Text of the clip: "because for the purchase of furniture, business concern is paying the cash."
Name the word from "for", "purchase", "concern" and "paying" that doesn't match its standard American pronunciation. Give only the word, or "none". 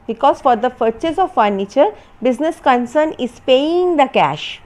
purchase